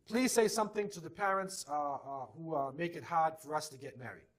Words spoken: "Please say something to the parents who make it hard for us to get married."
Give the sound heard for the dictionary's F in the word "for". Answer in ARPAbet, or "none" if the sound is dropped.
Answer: F